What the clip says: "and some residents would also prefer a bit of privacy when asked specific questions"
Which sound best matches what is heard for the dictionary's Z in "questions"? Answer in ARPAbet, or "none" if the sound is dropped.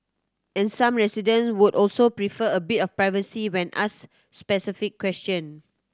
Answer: none